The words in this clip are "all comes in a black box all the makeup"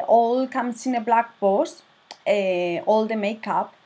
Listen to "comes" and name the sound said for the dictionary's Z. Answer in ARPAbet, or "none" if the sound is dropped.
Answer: S